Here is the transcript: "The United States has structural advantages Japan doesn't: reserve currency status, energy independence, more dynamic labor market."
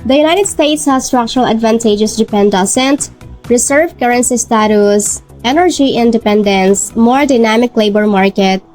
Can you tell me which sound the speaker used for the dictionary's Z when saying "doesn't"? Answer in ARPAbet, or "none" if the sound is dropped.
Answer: S